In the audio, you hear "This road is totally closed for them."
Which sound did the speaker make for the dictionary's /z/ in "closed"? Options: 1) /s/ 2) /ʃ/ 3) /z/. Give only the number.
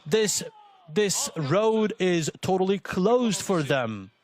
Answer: 3